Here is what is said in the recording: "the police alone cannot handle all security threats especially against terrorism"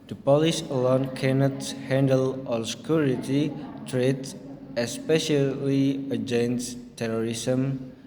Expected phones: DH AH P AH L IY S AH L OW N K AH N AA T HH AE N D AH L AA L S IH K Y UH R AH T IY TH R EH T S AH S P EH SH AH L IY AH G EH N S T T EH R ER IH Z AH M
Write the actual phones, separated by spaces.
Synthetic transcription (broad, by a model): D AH P AH L IY S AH L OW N K AH N AA T HH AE N D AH L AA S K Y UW R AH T IY T R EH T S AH S P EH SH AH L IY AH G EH N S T T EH R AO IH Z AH M